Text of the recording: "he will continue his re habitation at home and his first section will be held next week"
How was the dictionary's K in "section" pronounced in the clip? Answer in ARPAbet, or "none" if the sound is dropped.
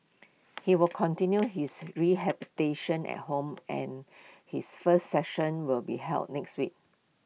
none